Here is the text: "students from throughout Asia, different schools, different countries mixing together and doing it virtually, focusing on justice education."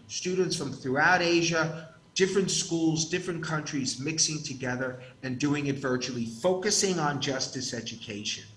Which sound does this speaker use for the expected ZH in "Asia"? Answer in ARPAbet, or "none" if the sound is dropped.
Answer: ZH